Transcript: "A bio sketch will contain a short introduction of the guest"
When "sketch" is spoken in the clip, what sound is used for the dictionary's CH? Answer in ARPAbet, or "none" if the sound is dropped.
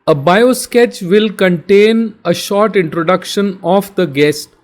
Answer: CH